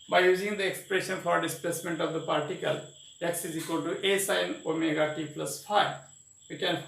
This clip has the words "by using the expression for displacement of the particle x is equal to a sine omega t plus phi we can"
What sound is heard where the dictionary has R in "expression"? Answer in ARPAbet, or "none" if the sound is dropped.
R